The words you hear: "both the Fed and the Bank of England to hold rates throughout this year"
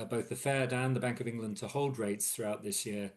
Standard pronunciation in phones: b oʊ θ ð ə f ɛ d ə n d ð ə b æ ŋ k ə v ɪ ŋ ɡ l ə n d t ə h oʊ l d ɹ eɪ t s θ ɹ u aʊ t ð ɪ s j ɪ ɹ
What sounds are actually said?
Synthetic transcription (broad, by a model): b oʊ θ ð ə f ɛ d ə n ð ə b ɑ ŋ k ə v ɪ ŋ ɡ l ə n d t ə h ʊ l d ɹ eɪ t s θ ɹ u aʊ t ð ɪ s j ɪ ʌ